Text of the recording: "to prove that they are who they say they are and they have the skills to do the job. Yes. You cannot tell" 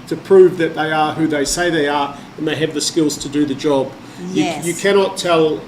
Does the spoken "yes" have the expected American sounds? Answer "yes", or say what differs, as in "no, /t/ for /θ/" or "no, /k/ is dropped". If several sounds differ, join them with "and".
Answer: no, /s/ is dropped